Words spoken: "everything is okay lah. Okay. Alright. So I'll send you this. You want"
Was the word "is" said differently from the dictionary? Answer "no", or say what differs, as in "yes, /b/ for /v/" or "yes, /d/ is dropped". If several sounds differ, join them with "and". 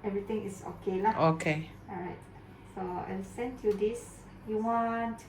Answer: yes, /s/ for /z/